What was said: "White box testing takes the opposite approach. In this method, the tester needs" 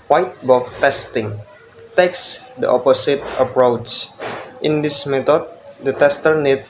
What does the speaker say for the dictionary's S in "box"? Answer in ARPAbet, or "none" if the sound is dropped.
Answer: none